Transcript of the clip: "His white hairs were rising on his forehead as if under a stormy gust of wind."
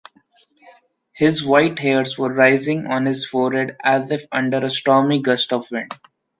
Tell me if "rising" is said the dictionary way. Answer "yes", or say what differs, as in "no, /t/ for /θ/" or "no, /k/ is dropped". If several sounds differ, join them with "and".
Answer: yes